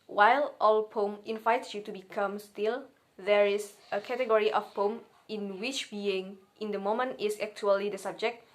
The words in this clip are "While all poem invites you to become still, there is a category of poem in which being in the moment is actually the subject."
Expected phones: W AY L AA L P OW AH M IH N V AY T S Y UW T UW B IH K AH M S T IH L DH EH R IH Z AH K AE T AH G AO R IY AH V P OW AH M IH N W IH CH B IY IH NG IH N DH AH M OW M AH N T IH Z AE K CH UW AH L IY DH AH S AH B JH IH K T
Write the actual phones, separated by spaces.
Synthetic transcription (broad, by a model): W AY L AA L P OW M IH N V AY T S Y UW T UW B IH K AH M S T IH L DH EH R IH S AH K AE T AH G AO R IY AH F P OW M IH N W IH CH B IY IH NG IH N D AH M OW M AH N T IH S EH K CH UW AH L IY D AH S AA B JH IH K T